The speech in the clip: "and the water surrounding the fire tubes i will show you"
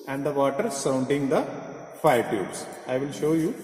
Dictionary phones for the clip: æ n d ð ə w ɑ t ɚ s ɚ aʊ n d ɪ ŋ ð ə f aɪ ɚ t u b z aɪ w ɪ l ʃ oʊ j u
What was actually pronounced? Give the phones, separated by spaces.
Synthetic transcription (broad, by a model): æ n d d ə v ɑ t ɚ s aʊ n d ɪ ŋ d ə f aɪ ɚ t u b s aɪ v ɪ l ʃ oʊ j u